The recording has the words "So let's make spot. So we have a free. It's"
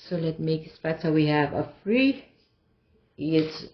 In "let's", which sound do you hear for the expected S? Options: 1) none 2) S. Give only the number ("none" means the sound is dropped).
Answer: 1